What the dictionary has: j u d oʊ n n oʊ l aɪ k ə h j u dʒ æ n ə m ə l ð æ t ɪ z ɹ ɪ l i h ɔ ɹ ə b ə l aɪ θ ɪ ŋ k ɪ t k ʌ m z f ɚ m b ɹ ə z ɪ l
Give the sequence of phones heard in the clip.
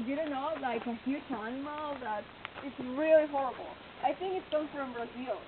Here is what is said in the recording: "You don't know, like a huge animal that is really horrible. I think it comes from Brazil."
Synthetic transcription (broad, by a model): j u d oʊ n n oʊ l aɪ k ə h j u tʃ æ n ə m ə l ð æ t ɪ s ɹ ɪ l i h ɔ ɹ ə b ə l aɪ θ ɪ ŋ k ɪ t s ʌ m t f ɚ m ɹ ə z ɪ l